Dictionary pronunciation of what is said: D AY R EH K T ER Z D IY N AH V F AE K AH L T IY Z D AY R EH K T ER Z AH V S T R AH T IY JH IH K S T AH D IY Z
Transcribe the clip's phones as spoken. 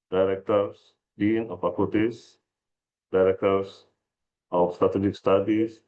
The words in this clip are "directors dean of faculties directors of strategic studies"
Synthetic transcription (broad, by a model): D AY R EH K T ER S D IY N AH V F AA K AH T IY S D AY R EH K T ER S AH F S T R AH T IY JH IH K S T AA D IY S